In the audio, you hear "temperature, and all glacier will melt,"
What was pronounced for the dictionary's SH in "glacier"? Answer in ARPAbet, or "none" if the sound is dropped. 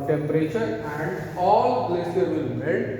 S